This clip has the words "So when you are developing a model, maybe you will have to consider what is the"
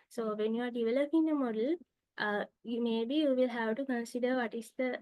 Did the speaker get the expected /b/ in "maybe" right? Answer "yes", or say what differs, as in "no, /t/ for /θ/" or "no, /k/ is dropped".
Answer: yes